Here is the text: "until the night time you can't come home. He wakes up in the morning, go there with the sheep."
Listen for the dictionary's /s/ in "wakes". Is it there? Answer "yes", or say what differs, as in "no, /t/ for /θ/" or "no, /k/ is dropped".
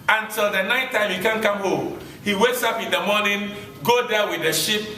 yes